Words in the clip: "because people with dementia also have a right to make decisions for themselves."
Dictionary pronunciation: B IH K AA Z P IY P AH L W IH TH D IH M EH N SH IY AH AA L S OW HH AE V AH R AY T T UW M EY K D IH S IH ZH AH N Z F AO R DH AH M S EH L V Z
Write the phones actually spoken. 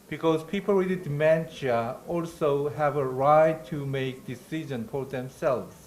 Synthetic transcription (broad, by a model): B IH K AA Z P IY P AH L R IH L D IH M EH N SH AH AA L S OW HH AE V AH R AY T T UW M EY K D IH S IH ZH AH N F AO R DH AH M S EH L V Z